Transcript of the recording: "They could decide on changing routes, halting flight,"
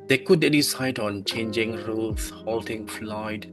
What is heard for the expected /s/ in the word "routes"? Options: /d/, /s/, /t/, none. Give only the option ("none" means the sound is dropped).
none